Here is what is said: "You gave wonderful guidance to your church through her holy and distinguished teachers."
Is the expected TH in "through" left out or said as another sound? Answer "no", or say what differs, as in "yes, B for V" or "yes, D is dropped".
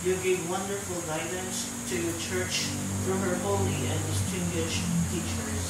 yes, F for TH